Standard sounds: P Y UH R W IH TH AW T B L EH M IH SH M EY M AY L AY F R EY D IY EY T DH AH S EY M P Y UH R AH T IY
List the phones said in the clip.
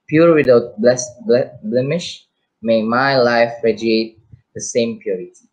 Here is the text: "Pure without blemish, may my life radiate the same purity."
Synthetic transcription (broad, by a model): P Y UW R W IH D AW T B L EH M IH SH M EY M AY L AY F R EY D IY EY T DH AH S EY M P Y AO R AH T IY